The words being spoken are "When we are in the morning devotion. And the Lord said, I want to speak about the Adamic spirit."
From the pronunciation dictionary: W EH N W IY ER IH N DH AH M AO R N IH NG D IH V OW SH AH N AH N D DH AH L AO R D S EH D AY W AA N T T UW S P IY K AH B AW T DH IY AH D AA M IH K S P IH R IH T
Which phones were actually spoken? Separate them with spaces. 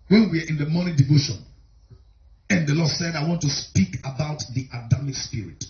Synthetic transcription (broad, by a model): W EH N W IY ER IH N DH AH M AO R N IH D IH V OW SH AH N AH N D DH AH L AO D S EH D AY W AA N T T UW S P IY K AH B AW T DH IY AH D AA M IH K S P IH R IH T